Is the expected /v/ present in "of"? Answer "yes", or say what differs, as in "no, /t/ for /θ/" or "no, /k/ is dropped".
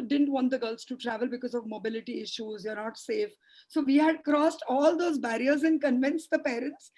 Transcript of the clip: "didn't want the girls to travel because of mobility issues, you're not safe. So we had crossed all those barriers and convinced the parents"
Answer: yes